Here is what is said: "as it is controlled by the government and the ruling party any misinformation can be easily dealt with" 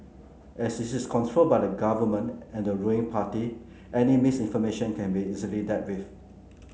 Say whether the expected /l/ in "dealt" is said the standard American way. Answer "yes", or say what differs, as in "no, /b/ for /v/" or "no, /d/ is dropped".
no, /l/ is dropped